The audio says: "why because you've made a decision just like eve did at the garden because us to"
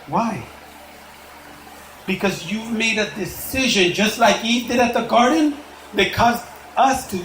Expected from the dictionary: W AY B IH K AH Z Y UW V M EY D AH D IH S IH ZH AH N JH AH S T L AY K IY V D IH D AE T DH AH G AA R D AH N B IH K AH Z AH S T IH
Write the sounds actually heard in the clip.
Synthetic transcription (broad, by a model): W AY B IH K AH Z Y UW V M EY D AH D IH S IH ZH AH N JH AH S T L AY K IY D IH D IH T DH AH G AA R D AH N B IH K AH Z AH S T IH